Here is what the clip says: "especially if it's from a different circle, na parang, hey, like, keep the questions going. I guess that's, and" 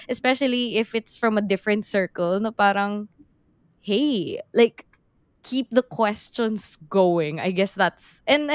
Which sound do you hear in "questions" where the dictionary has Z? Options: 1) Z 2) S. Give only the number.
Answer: 2